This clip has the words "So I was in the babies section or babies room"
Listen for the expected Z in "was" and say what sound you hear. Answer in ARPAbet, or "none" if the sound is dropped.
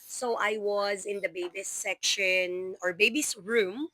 Z